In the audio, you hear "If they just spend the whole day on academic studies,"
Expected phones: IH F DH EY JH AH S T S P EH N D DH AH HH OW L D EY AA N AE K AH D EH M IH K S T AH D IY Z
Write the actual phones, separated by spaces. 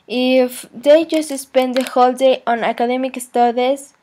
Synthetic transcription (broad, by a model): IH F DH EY JH AH S T S P EH N D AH HH OW L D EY AA N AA K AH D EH M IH K S T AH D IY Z